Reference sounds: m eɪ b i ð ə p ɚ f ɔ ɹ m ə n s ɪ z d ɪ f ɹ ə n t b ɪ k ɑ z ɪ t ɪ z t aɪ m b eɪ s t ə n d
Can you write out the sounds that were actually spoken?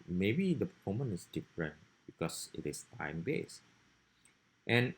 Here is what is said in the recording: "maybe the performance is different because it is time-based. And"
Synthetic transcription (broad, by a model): m eɪ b i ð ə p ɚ f ɔ m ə n ɪ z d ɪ f ɹ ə n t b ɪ k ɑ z ɪ t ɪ s t aɪ m b eɪ s t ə n